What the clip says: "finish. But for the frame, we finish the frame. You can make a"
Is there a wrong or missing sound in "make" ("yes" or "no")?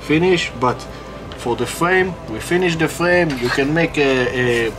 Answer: no